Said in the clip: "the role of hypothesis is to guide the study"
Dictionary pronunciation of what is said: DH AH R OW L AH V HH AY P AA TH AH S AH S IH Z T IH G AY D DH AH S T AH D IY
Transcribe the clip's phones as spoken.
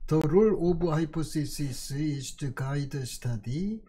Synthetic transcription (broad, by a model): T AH R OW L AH B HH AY P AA S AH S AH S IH S T IH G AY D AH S T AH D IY